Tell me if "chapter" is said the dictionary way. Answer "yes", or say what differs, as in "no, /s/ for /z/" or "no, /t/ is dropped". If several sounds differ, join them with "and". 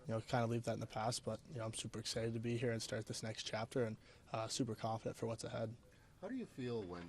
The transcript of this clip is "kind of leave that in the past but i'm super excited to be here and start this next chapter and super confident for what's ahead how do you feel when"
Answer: yes